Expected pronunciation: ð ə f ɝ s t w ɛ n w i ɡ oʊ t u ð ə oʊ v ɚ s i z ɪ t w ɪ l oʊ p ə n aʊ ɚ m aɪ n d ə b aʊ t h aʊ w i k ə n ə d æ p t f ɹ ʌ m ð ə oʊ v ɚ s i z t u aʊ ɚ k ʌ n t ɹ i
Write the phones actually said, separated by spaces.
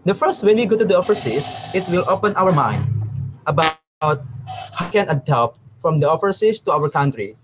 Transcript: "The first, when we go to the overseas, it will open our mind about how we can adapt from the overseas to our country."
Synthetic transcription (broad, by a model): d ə f ɝ s t w ɛ n w i ɡ oʊ t u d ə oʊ f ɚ s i s ɪ t w ɪ l oʊ p ə n aʊ ɚ m aɪ n d ə b aʊ t h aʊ k ə n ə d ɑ p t f ɹ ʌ m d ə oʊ f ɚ s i s t u aʊ ɚ k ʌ n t ɹ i